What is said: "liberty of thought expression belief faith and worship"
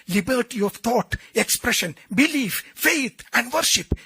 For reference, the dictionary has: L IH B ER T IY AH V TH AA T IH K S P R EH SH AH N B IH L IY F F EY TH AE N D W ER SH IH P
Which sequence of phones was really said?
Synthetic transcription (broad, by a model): L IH B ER T IY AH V T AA T IH K S P R EH SH AH N B IH L IY F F EY T AE N D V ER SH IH P